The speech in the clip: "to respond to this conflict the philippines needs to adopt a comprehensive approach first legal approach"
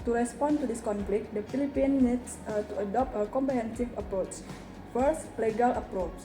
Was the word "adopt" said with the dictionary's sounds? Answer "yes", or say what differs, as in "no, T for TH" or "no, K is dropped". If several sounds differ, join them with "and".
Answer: yes